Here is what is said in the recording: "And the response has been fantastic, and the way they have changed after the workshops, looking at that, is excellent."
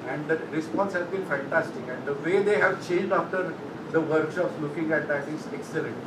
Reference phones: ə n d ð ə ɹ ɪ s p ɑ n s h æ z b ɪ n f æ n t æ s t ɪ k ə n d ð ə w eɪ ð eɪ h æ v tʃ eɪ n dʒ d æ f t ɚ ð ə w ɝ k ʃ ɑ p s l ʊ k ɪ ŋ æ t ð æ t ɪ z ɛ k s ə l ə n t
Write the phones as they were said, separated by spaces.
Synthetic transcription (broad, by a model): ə n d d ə ɹ ɪ s p ɑ n s h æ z b ɪ n f æ n t æ s t ɪ k ə n d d ə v eɪ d eɪ h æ v tʃ eɪ n dʒ d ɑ f t ɚ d ə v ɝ k ʃ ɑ p s l ʊ k ɪ ŋ æ t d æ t ɪ z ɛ k s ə l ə n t